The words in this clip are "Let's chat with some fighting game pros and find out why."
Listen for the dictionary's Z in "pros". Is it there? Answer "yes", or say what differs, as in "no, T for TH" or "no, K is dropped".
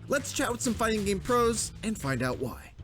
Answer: yes